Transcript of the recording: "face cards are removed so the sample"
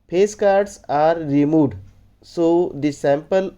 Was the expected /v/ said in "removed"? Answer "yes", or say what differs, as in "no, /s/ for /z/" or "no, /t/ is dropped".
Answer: no, /v/ is dropped